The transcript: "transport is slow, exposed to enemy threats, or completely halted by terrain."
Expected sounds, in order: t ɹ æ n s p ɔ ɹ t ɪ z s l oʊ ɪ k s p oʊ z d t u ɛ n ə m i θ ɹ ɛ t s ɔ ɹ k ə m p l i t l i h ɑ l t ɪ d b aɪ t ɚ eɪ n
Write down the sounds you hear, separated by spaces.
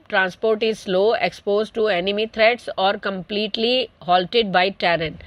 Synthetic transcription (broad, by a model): t ɹ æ n s p ɔ ɹ t ɪ z s l oʊ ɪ k s p oʊ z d t u ɛ n ə m i t ɹ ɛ t s ɔ ɹ k ə m p l i t l i h ɑ l t ɪ d b aɪ t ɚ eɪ n